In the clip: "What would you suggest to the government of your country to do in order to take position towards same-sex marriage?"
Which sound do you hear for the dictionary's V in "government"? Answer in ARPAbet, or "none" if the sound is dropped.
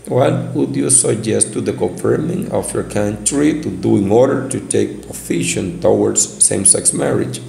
F